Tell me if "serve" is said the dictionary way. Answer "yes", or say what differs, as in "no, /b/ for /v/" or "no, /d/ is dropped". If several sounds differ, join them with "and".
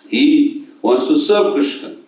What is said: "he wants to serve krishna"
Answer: no, /b/ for /v/